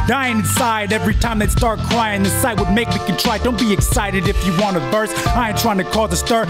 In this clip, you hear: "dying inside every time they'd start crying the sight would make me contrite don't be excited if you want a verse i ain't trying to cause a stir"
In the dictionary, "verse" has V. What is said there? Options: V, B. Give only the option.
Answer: B